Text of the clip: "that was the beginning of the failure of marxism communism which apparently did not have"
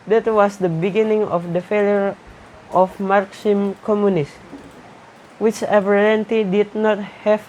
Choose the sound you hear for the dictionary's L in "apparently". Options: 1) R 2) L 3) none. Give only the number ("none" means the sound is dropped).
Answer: 3